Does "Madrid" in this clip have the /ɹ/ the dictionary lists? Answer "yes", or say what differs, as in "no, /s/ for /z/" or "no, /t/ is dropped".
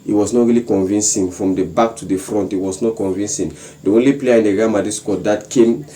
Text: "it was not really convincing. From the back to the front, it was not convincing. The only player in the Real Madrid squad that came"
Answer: no, /ɹ/ is dropped